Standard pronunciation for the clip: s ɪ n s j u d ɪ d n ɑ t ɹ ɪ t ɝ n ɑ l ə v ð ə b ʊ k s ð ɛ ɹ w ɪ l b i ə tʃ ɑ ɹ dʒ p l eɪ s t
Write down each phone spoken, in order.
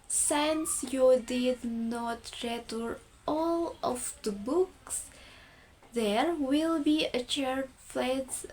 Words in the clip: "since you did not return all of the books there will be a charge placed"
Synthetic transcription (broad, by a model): s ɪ n s j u d ɪ d n ɑ t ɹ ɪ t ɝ ɑ l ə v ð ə b ʊ k s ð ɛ ɹ w ɪ l b i ə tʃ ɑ ɹ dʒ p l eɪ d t